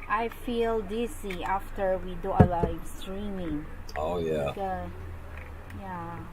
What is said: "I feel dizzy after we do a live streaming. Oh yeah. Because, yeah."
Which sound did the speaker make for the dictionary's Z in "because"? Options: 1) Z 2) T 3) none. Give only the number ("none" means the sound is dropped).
3